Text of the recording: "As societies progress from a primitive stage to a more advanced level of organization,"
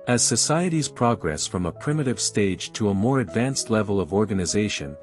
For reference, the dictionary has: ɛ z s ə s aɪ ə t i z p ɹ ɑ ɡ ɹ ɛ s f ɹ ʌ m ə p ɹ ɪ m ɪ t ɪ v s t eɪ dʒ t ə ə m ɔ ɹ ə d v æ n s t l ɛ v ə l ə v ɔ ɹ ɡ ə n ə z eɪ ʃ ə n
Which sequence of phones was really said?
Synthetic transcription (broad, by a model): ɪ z s ə s aɪ ə t i z p ɹ ɑ ɡ ɹ ɛ s f ɹ ʌ m ə p ɹ ɪ m ɪ t ɪ v s t eɪ dʒ t ə ə m ɔ ɹ ə d v æ n s t l ɛ v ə l ə v ɔ ɹ ɡ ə n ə z eɪ ʃ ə n